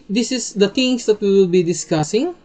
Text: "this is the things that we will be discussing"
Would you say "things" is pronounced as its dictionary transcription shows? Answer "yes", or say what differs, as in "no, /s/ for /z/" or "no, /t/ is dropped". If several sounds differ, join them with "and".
no, /t/ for /θ/